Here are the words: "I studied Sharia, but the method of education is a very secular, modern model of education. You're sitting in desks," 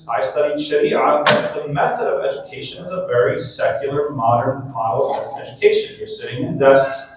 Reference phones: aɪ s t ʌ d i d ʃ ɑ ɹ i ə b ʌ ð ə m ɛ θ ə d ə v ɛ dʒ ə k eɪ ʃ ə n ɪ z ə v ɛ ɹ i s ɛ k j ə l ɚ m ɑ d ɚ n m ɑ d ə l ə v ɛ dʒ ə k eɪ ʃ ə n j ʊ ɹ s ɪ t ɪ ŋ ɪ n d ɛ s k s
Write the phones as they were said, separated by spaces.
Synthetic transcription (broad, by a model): aɪ s t ʌ d i d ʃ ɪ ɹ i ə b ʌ ð ə m ɛ θ ə d ə v ɛ dʒ ə k eɪ ʃ ə n ɪ z ə v ɛ ɹ i s ɛ k j l ɚ m ɑ d ɚ n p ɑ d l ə ɛ dʒ ə k eɪ ʃ ə n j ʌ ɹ s ɪ t ɪ ŋ ɪ n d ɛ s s